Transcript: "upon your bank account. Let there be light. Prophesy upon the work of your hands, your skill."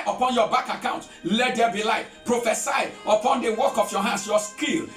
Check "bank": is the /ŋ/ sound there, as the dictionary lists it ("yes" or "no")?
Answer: no